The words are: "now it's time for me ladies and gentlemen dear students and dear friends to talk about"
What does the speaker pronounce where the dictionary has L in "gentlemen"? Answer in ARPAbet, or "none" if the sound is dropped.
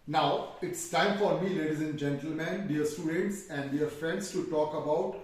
L